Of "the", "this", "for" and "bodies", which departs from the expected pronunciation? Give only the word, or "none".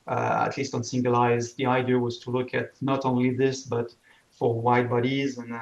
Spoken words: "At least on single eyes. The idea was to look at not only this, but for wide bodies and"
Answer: none